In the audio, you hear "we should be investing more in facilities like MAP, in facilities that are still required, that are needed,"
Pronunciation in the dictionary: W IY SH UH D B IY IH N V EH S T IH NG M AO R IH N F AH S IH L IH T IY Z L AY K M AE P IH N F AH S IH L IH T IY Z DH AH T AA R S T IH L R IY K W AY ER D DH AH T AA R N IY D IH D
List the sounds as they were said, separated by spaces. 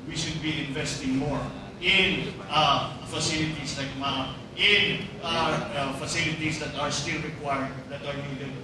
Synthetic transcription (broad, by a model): W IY SH UH D B IY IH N V EH S T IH NG M AO R IH N F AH S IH L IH T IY S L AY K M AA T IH N F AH S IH L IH T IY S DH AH T AA R S T IH L R IY K W AY ER D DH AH T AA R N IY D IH